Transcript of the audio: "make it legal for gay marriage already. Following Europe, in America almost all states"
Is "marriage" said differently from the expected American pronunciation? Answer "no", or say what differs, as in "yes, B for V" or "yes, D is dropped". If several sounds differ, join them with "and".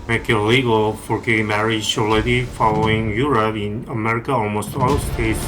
yes, SH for JH